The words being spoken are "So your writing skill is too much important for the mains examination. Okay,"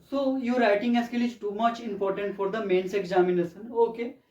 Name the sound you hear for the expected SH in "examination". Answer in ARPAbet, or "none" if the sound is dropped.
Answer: S